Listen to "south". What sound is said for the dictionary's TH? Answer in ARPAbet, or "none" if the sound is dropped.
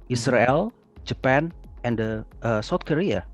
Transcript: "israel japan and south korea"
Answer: T